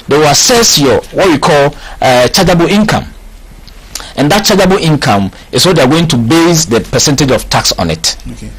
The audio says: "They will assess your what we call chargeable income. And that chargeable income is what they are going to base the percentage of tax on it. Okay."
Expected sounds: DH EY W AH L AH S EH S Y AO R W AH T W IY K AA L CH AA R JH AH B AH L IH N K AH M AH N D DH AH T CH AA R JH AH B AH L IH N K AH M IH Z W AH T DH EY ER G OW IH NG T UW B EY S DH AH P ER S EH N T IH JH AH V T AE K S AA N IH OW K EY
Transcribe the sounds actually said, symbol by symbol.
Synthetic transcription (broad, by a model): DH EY W AH L AH S EH S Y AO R W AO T W IY K AA L CH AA JH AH B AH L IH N K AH M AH N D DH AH T CH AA JH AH B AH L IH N K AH M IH S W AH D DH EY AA G OW IH NG T UW B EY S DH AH P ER S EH N T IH JH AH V T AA K S AA N IH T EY